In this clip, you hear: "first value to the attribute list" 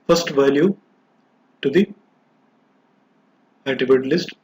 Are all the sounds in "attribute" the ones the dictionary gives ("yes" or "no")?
no